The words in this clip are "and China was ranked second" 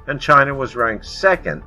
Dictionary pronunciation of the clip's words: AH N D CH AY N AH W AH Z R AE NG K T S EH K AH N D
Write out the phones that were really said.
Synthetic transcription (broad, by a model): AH N CH AY N AH W AH Z R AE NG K S EH K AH N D